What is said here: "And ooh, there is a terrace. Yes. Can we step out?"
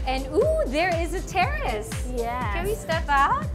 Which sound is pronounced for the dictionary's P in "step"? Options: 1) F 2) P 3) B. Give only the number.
1